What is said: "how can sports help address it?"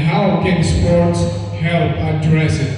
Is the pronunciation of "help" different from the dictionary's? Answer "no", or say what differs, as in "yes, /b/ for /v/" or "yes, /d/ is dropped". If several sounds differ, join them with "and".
yes, /p/ is dropped